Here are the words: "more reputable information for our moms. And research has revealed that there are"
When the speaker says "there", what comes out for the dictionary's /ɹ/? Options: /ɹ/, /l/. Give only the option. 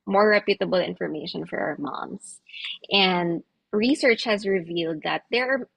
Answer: /ɹ/